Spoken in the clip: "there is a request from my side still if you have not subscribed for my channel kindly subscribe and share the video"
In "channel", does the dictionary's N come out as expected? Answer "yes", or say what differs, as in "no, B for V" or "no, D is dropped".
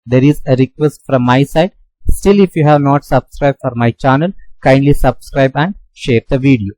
yes